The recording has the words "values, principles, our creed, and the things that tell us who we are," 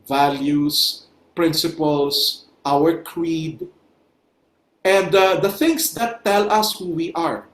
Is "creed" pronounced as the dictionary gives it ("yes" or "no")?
yes